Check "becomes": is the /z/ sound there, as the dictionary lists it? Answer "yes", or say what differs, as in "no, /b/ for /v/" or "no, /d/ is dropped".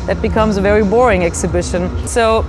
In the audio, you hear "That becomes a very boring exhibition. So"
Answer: yes